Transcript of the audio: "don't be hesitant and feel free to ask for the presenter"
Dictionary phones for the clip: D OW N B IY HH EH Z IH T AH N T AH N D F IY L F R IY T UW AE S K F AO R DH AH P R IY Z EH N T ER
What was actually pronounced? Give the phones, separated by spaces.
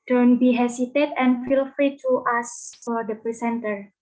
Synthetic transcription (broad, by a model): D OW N B IY HH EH S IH T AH T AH N F IY L F R IY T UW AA S F AO R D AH P R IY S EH N T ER